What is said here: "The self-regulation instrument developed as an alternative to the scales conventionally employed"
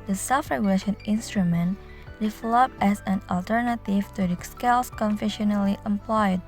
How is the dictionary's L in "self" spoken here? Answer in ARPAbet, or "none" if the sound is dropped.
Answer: none